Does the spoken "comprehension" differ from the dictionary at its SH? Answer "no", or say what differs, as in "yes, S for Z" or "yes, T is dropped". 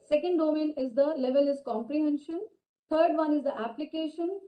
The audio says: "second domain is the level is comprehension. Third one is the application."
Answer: no